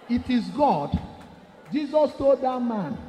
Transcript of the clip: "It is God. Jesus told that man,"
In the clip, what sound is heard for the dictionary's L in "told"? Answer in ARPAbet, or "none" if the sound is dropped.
none